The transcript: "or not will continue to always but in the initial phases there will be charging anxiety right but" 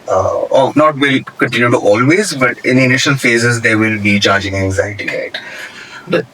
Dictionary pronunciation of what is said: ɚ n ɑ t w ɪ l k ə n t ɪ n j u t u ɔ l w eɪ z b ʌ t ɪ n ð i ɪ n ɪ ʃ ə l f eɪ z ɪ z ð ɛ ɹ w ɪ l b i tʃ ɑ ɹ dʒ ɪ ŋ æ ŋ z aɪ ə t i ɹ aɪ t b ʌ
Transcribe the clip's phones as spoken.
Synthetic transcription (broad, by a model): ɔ n ɑ t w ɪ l k ə n t ɪ n j u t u ɔ l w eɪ z b ʌ t ɪ n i ɪ n ɪ ʃ ə l f eɪ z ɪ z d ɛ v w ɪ l b i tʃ ɑ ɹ dʒ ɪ ŋ æ ŋ z aɪ ə t i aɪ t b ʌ